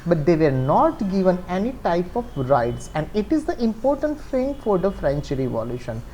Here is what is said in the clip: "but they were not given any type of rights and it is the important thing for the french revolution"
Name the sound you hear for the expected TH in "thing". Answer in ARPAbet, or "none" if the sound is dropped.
F